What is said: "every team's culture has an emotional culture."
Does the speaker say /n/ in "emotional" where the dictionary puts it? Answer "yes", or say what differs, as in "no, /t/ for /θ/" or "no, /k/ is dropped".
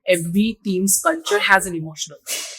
no, /n/ is dropped